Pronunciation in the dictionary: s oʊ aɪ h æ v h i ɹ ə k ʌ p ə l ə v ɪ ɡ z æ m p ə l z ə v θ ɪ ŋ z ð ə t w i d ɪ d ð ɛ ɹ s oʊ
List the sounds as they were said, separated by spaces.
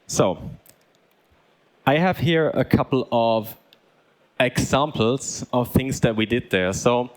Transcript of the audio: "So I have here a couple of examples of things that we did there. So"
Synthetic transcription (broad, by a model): s oʊ aɪ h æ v h i ɹ ə k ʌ p l ə v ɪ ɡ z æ m p l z ə v θ ɪ ŋ z ð ə t w i d ɪ d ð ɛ ɹ s oʊ